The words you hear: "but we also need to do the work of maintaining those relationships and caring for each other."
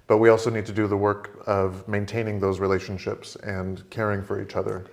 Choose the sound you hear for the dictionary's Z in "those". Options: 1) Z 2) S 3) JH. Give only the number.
1